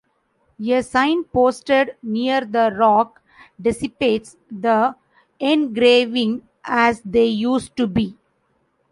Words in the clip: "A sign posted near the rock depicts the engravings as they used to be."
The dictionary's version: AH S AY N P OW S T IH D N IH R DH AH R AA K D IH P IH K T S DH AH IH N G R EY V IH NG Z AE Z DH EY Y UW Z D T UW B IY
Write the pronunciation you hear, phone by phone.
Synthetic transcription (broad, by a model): AH S AY N P OW S T IH D N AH R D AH R AA K D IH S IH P T S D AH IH N G R EY V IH NG AE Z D EY Y UW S T UW B IY